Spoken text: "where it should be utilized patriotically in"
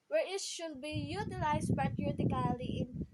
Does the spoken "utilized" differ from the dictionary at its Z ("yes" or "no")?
yes